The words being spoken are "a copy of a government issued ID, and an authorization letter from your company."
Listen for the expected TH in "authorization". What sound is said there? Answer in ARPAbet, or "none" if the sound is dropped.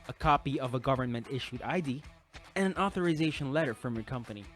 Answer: TH